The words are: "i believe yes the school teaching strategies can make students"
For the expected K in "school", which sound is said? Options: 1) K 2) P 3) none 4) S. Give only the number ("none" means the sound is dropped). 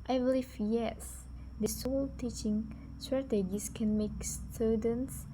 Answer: 3